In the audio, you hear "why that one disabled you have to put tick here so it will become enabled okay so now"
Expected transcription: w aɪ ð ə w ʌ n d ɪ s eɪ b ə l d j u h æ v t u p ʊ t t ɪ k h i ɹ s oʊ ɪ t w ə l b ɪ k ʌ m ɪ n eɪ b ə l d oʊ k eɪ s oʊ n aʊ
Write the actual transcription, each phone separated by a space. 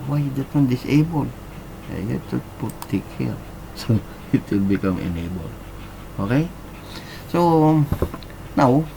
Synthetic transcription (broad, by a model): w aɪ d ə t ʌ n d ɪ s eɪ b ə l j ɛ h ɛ t u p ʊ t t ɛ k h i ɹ s oʊ ɪ t w ə l b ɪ k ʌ m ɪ n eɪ b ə l oʊ k eɪ s oʊ n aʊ